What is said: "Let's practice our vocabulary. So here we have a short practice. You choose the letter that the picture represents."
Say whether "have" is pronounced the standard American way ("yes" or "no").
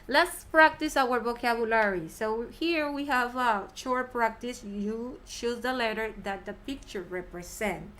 yes